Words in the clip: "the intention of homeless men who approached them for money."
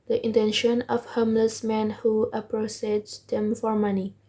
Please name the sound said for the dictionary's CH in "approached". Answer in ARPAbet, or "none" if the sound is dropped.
S